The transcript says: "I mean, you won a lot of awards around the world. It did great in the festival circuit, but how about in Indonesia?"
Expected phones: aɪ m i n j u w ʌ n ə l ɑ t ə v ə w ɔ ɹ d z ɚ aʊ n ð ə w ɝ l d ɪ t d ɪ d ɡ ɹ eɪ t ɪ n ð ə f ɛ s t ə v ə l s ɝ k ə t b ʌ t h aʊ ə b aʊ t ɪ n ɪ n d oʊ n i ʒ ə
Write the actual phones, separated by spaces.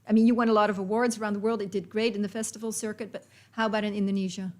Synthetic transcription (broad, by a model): aɪ m i n j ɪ w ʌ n ə l ɑ t ə v ə w ɔ ɹ d z ɚ aʊ n ð ə w ɝ l d ɪ t d ɪ d ɡ ɹ eɪ t ɪ n ð ə f ɛ s t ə v l s ɝ k ə t b ʌ t h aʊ ə b aʊ t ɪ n ɪ n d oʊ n i ʒ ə